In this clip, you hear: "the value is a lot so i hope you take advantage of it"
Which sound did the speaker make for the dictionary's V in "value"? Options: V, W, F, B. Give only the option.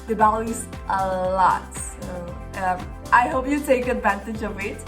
B